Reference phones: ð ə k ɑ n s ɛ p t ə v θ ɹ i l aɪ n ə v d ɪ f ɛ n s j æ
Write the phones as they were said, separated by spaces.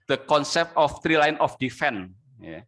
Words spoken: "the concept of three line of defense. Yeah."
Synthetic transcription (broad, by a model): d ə k ɑ n s ɛ p t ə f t ɹ i l aɪ n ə f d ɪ f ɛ n j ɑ